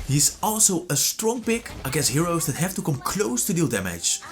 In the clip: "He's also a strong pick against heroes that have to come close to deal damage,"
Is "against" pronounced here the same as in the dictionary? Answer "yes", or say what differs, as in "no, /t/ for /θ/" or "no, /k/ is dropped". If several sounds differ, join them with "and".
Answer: no, /n/ is dropped